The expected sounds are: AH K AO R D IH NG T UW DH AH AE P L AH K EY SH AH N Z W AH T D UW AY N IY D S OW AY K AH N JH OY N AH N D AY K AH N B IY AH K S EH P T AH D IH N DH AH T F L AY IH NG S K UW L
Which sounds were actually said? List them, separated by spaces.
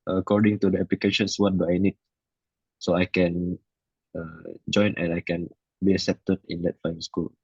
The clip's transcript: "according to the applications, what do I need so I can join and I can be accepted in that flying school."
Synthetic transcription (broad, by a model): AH K AO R D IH NG T UW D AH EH P L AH K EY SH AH N S W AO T D UW AY N IY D S OW AY K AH N JH OY N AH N AY K AH N B IY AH S EH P T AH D IH N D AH T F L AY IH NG S K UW L